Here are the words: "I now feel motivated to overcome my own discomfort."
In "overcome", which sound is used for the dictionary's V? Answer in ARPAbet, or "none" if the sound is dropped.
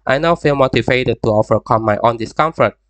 F